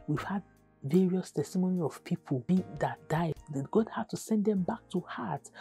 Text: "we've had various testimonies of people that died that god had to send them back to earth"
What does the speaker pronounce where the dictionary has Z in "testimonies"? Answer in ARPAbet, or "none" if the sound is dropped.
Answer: none